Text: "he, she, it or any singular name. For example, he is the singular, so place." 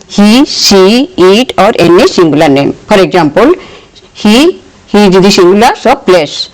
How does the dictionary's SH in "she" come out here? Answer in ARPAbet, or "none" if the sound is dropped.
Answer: S